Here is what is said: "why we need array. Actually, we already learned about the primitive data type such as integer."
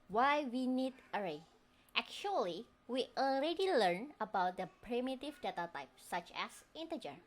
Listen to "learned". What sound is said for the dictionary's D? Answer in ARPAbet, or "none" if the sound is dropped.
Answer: none